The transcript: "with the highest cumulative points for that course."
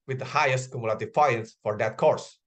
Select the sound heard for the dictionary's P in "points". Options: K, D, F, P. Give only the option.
F